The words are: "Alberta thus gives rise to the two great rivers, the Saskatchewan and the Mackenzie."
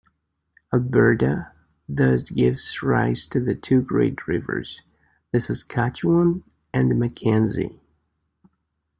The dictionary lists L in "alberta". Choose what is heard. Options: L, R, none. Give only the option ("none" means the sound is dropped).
none